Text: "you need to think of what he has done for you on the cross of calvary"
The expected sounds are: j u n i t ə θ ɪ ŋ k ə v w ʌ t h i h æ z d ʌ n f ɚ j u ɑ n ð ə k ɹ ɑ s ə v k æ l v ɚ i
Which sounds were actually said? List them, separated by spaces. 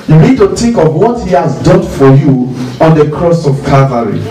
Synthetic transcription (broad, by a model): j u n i t ə t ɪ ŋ k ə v w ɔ t h i h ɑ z d ʌ n f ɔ j u ɑ n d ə k ɹ ɑ s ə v k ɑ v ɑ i